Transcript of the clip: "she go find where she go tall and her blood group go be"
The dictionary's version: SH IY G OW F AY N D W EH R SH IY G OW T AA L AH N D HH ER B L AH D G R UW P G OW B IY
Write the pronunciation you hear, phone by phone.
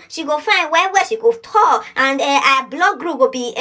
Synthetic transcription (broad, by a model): SH IY G OW F AY N D W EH W SH IY G OW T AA AH N D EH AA B L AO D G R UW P G OW B IY